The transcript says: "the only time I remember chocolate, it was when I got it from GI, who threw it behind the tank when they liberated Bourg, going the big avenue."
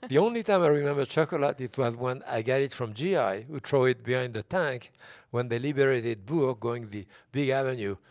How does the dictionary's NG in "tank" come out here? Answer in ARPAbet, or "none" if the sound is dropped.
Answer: NG